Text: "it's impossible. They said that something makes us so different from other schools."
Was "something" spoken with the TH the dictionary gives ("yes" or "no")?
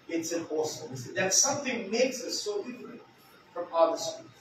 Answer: yes